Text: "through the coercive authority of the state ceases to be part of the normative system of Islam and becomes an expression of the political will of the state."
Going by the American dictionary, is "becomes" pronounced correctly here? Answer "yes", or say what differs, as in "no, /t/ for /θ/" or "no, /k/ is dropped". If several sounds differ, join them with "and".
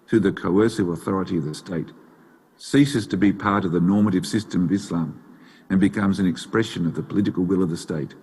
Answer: yes